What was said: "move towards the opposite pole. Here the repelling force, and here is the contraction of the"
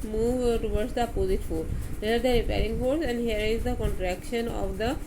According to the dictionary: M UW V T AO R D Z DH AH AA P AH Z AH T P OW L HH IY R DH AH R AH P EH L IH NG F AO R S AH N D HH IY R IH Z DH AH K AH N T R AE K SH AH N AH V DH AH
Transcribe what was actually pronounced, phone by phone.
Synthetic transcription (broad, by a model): M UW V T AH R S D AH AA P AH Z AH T F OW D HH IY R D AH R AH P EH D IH NG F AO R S AH N D HH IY R IH Z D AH K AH N T R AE K SH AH N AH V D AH